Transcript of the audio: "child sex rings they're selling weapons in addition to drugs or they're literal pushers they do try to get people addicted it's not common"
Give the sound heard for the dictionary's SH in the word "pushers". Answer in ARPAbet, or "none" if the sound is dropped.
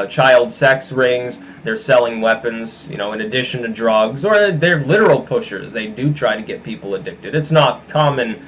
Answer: SH